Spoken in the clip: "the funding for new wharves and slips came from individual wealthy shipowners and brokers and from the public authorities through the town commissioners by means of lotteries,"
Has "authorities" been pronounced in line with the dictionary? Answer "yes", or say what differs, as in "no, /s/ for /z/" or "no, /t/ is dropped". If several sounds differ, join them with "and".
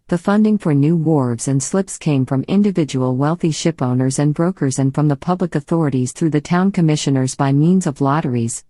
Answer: yes